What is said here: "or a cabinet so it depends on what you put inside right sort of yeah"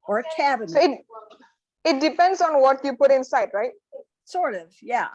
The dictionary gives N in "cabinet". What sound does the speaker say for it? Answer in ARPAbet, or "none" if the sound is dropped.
none